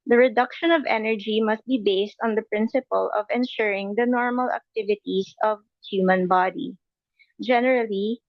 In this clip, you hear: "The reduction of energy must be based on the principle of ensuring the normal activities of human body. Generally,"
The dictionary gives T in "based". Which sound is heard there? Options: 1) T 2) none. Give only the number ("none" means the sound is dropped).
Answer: 1